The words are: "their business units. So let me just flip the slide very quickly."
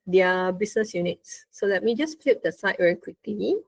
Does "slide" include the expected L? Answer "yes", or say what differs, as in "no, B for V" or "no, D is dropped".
no, L is dropped